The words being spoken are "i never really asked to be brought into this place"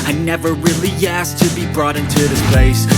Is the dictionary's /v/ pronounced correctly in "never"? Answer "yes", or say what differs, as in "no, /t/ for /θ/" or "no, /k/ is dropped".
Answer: yes